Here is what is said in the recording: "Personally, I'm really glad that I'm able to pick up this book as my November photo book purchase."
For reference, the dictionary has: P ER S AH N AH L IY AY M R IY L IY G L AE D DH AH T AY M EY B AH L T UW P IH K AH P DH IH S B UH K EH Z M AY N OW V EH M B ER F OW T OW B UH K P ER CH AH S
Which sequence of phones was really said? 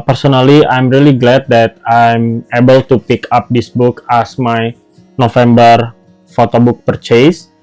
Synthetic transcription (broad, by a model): P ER S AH N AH L IY AY M R IY L IY G L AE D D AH T AY M EY B AH L T UW P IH K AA P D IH S B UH K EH S M AY N OW F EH M B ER F OW T OW B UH K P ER CH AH S